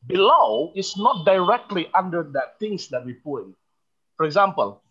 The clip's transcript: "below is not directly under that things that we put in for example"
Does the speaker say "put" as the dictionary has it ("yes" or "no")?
no